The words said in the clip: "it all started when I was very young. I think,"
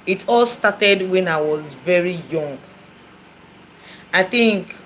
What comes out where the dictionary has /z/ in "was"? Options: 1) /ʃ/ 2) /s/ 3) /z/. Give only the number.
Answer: 3